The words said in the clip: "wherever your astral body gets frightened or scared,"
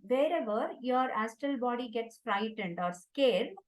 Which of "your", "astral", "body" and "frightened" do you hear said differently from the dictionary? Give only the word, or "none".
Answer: astral